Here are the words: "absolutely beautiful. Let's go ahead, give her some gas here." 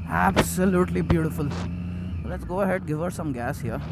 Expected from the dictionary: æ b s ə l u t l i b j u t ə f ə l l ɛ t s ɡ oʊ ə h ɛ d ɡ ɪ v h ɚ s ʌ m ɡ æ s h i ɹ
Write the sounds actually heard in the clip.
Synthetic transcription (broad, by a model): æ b s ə l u t l i b j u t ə f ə l l ɛ t s ɡ oʊ ə h ɛ d ɡ ɪ v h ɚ s ʌ m ɡ æ s h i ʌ